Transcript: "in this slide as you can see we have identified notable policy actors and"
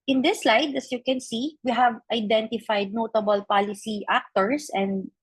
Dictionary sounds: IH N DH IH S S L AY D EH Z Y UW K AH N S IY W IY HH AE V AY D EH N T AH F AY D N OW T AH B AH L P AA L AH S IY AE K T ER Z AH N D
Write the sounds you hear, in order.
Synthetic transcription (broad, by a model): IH N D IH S S L AY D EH S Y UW K AH N S IY W IY HH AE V AY D EH N T AH F AY D N OW T AH B AH L P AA L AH S IY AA K T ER S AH N D